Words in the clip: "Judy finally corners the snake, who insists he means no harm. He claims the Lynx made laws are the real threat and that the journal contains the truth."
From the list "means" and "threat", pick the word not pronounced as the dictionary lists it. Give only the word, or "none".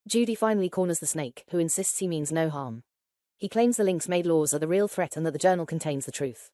none